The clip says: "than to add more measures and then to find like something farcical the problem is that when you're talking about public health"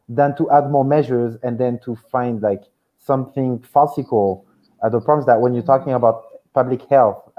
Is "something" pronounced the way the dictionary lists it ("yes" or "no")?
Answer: yes